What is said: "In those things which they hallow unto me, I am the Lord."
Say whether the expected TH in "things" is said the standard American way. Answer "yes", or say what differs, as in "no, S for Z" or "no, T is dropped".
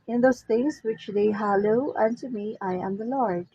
no, T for TH